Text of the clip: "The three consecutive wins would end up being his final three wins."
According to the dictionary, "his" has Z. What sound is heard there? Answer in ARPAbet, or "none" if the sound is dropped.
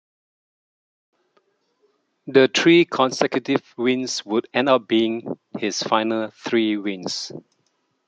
S